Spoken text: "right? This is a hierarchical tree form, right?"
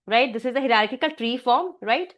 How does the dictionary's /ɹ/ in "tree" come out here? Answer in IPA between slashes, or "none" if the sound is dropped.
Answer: /ɹ/